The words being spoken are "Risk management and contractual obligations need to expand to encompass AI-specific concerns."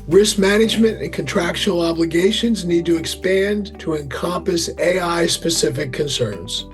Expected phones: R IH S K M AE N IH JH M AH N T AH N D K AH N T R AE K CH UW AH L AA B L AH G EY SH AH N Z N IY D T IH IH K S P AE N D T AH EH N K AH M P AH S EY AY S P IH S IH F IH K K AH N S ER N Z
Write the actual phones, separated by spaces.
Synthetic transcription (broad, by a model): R IH S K M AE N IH JH M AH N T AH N K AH N T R AE K SH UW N L AA B L AH G EY SH AH N Z N IY D T IH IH K S P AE N T AH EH N K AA M P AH S EY AY S P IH S IH F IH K K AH N S ER N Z